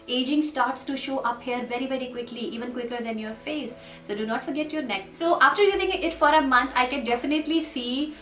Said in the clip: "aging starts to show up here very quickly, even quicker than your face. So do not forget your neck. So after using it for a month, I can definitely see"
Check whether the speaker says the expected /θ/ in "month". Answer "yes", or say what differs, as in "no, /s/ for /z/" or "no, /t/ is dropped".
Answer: no, /t/ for /θ/